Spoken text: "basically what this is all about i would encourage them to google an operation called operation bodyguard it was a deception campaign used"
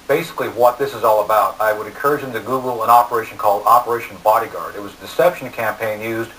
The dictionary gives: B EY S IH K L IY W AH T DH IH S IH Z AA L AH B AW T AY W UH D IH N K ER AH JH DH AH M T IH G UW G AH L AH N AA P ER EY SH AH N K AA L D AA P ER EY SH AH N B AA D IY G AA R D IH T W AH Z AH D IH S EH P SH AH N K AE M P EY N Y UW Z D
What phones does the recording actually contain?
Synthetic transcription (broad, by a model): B EY S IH K L IY W AH T DH IH S IH Z AA L AH B AW T AY W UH D IH N K ER AH JH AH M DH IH G UW G L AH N AA P ER EY SH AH N K AA L D AA P ER EY SH N B AA D IY G AA R D IH T W AH Z AH D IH S EH P SH N K AE M P EY N Y UW Z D